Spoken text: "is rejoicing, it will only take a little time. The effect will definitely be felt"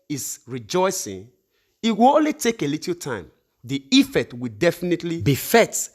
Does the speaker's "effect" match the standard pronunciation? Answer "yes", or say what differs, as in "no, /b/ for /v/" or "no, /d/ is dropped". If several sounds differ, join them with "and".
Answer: no, /k/ is dropped